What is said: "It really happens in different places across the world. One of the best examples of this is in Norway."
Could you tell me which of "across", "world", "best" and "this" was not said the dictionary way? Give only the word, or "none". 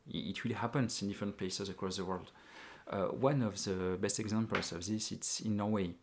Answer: none